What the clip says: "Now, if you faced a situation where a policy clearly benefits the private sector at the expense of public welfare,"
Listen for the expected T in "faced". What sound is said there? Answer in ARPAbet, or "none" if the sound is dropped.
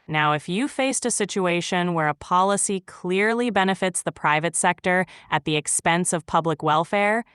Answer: T